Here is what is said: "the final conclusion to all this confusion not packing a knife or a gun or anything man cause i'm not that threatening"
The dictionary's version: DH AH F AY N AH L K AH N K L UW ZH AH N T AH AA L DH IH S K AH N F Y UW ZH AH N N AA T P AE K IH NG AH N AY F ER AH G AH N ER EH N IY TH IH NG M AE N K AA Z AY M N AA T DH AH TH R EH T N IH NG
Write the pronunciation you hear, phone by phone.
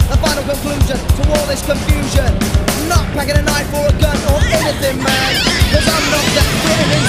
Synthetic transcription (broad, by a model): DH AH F AY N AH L K AH N K L UW ZH AH N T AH AA L DH IH S K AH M F Y UW ZH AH N N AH T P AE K IH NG AH N AY F ER AH G AH N ER EH N IY TH IH NG M AE N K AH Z AY M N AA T DH AH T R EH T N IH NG